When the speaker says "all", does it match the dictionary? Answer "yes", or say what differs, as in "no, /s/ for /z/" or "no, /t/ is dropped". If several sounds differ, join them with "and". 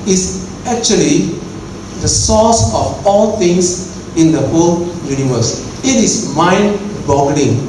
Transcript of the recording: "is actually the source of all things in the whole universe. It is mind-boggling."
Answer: yes